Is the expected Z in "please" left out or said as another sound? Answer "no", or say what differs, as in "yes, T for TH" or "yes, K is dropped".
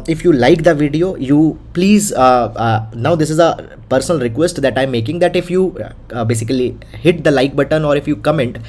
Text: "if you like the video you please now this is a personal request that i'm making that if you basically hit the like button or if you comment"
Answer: no